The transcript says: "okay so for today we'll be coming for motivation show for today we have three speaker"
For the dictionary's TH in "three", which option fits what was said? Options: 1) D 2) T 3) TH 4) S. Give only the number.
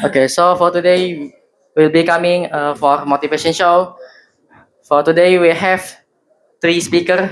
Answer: 2